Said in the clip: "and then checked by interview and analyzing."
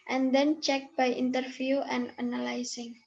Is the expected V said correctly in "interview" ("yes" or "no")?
no